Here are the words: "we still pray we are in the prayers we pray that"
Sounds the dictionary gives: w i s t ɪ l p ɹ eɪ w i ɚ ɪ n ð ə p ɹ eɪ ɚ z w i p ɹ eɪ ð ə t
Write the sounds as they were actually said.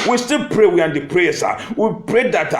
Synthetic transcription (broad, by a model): w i s t ɪ l p ɹ eɪ w i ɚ ɪ n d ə p ɹ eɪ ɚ s w i p ɹ eɪ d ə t